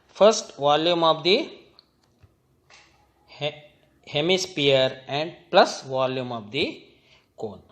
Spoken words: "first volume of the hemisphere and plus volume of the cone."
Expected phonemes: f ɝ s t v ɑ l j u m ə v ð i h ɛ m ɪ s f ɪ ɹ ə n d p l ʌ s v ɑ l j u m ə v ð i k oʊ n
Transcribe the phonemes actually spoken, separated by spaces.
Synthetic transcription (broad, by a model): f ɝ s t v ɑ l j u m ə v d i h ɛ m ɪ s p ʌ ɹ ə n d p l ʌ s v ɑ l j u m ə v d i k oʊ n